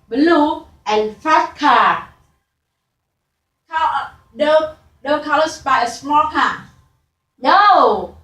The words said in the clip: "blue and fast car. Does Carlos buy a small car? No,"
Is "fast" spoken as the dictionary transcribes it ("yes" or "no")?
no